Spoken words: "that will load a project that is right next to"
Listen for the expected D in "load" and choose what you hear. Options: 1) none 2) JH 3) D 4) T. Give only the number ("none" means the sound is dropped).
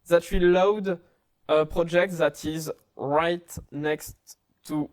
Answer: 3